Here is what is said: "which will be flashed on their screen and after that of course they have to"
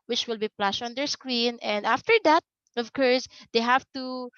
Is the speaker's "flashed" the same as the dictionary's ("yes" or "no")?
no